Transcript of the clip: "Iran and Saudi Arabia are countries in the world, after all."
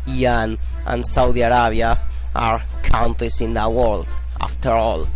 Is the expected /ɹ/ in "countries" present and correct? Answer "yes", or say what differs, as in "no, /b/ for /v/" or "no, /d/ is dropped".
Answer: no, /ɹ/ is dropped